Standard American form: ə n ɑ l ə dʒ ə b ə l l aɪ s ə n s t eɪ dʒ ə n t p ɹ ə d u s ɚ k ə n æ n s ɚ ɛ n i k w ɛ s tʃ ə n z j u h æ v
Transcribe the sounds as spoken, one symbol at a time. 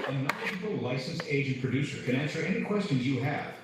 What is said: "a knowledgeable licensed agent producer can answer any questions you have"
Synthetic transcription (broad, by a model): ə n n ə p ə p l l aɪ s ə n s eɪ dʒ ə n p ɹ ə d u s ɚ k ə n æ n s ɚ ɛ n i k w ɛ s tʃ ə n z j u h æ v